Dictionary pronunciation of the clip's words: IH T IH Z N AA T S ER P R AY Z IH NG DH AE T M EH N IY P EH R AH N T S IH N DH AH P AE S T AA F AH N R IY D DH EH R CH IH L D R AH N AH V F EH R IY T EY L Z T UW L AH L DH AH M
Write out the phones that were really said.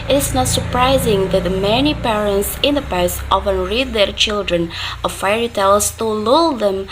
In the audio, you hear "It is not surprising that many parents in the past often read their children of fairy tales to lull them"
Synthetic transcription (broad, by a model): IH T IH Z N AA T S ER P R AY Z IH NG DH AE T M EH N IY P EH R AH N T S IH N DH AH P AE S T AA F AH N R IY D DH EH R CH IH L D R AH N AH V F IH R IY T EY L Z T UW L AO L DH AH M